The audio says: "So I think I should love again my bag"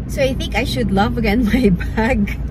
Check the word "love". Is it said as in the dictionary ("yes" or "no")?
yes